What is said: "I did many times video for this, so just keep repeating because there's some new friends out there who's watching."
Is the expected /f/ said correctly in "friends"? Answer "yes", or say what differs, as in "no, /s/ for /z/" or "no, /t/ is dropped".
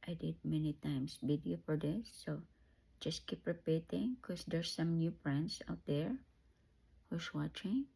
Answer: no, /p/ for /f/